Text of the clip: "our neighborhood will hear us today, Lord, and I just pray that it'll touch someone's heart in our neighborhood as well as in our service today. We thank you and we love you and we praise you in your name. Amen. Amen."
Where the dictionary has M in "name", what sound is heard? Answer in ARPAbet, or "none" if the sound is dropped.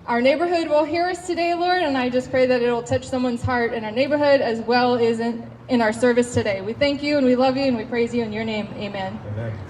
none